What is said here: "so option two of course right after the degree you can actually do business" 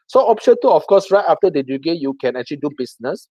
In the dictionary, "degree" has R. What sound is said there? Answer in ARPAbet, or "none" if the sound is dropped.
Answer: none